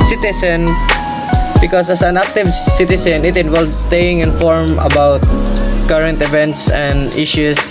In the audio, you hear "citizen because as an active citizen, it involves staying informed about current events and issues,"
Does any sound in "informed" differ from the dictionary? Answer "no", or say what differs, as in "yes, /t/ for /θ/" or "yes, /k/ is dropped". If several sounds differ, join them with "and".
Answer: yes, /d/ is dropped